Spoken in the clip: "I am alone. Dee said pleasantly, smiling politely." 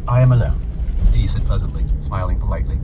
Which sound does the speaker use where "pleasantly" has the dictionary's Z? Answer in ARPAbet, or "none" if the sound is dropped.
Z